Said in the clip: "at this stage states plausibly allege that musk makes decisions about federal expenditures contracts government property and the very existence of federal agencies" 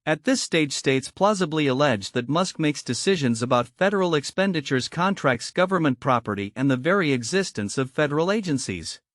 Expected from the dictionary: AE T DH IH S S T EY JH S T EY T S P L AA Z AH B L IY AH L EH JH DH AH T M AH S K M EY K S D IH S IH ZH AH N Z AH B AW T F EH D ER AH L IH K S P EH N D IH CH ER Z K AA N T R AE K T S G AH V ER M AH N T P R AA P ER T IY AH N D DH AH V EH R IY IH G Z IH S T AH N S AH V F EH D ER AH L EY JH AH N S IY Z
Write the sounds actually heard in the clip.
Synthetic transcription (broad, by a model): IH T DH IH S S T EY JH S T EY T S P L AA Z AH B L IY AH L EH JH DH AH T M AH S K M EY K S D IH S IH ZH AH N Z AH B AW T F EH D ER L IH K S P EH N D IH CH ER Z K AA N T R AE K T S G AH V ER M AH N P R AA P ER T IY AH N DH AH V EH R IY IH G Z IH S T AH N S AH V F EH D ER L EY JH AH N S IY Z